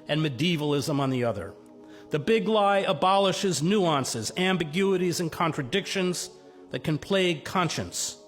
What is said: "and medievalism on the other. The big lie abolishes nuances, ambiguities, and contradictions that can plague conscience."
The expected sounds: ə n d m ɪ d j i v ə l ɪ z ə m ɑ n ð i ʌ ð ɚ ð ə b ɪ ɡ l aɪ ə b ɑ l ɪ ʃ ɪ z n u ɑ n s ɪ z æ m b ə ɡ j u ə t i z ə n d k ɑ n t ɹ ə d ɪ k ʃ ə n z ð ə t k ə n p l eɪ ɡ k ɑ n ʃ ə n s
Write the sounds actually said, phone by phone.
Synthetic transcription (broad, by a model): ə n m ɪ d i v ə l ɪ z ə m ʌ n ð i ʌ ð ɚ ð ə b ɪ ɡ l aɪ ə b ɑ l ɪ ʃ ɪ z n u ɑ n s ɪ z æ m b ə ɡ j u ə t i z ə n k ɑ n t ɹ ə d ɪ k ʃ ə n z ð ə t k ə n p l eɪ k ɑ n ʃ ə n s